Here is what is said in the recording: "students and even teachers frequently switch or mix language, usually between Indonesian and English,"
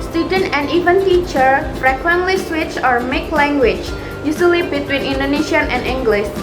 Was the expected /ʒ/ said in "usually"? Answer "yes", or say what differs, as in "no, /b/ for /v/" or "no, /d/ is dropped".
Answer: no, /s/ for /ʒ/